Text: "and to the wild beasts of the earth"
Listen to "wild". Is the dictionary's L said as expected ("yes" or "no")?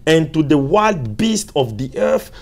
yes